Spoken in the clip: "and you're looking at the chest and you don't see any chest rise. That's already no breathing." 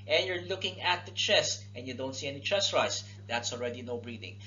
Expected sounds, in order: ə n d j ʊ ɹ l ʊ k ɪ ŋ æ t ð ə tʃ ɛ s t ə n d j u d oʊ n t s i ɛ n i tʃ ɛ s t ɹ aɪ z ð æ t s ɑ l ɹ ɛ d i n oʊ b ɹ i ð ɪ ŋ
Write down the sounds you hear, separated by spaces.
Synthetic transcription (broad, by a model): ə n j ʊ ɹ l ʊ k ɪ ŋ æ t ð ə tʃ ɛ s t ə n j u d oʊ n t s i ɛ n i tʃ ɛ s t ɹ aɪ s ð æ t s ɑ l ɹ ɛ d i n oʊ b ɹ i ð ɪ ŋ